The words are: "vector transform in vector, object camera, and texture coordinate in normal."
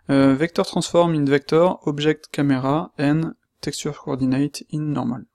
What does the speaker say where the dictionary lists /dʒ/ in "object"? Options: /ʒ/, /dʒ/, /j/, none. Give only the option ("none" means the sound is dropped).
/ʒ/